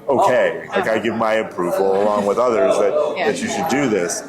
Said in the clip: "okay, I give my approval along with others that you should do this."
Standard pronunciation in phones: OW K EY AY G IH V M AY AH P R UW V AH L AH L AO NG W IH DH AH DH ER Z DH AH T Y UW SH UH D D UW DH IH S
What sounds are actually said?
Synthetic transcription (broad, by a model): OW K EY AY G IH V M AY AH P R UW V L AH L AO NG W IH DH AH DH ER Z DH AH T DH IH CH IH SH D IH DH IH S